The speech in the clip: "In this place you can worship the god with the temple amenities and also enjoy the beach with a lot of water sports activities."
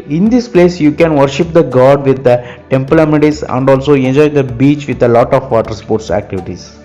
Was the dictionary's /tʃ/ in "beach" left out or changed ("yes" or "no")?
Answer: no